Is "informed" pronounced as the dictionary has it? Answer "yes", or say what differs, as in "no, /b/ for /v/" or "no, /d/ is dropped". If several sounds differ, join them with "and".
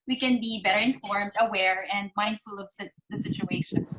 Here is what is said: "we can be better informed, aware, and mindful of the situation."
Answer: yes